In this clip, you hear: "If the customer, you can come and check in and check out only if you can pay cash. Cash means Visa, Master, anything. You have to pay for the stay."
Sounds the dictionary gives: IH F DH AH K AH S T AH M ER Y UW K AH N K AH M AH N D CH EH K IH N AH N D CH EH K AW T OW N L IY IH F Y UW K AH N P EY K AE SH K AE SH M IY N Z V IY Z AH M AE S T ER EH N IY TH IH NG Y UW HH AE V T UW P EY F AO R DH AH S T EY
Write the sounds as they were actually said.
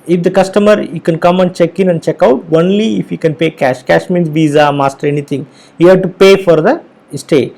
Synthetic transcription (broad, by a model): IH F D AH K AH S T AH M ER Y UW K AH N K AH M AH N D CH EH K IH N AH N D CH EH K AW T OW N L IY IH F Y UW K AH N P EY K AE SH K AE SH M IY N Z V IY Z AH M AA S T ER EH N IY T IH NG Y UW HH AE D T UW P EY F AO R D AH S T EY